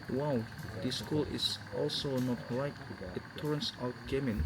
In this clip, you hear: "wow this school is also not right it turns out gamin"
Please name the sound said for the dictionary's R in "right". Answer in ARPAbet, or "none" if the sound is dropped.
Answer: L